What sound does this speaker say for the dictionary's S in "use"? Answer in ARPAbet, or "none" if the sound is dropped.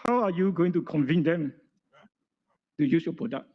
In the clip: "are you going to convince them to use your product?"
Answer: S